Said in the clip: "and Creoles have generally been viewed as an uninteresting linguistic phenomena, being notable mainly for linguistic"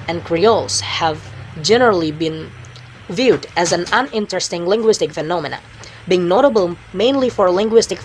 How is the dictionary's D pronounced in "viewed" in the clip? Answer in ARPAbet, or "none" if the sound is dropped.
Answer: D